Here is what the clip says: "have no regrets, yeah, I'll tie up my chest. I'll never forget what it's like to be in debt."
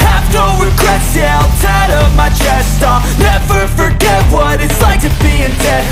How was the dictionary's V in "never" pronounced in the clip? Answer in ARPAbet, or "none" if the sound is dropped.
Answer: F